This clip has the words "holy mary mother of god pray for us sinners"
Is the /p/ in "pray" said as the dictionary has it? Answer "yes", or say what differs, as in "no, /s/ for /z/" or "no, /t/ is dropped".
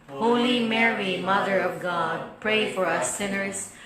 yes